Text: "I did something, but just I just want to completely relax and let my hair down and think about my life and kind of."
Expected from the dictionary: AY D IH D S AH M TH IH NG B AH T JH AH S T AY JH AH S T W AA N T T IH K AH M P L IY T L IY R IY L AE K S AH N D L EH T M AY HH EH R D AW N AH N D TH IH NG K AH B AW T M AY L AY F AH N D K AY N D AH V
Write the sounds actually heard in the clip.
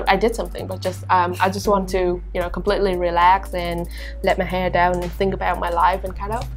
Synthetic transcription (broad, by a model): AY D IH D S AH M TH IH NG B AH T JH AH S T AY JH AH S T W AA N T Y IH K AH M P L IY T L IY R IY L AE K S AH N L EH T M AY HH EH R D AW N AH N TH IH NG K AH B AW T M AY L AY F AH N K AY D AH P